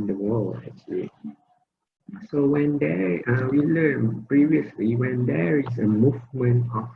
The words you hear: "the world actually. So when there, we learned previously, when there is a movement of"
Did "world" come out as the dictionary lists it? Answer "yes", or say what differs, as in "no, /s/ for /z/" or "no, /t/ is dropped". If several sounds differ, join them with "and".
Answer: no, /d/ is dropped